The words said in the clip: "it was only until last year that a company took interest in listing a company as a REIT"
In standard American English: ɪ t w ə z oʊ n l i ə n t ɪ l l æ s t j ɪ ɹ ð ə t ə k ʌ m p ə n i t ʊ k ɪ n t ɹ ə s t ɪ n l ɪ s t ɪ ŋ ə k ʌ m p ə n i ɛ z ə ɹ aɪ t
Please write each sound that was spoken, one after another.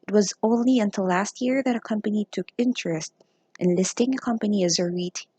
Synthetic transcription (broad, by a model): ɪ t w ə z oʊ n l i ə n t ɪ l l æ s t j ɪ ɹ ð ə t ə k ʌ m p ə n i t ʊ k ɪ n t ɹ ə s t ɪ n l ɪ s t ɪ ŋ ə k ʌ m p ə n i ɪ z ə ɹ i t